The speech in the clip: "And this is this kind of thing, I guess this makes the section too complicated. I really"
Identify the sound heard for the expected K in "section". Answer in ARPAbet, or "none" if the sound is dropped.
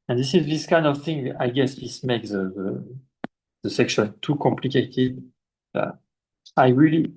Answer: K